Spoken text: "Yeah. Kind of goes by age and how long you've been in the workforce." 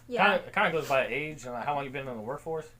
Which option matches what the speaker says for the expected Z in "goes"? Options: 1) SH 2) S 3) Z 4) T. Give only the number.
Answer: 3